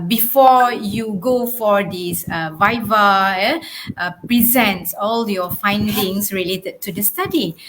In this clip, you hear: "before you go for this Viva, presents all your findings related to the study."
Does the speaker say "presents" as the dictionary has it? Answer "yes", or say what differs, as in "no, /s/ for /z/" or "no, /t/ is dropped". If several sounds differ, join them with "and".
yes